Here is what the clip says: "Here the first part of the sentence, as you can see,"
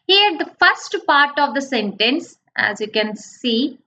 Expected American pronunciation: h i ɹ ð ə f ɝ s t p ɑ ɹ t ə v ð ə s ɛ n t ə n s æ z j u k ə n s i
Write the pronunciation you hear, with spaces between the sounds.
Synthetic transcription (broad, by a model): h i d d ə f ɝ s t p ɑ ɹ t ə v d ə s ɛ n t ə n s æ z j u k ə n s i